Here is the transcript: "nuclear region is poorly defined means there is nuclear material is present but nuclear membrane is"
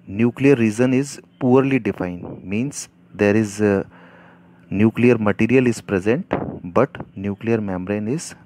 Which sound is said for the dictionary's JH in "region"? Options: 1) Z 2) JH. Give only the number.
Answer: 1